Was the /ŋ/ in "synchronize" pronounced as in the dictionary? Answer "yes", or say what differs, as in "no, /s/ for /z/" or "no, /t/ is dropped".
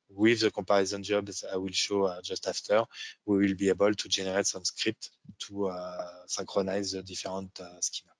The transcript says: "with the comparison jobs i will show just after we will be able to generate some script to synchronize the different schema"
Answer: no, /ŋ/ is dropped